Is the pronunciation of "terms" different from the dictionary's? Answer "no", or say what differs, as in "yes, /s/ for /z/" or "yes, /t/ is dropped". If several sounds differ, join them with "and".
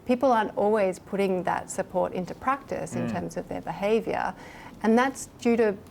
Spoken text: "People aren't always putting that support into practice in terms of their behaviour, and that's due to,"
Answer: no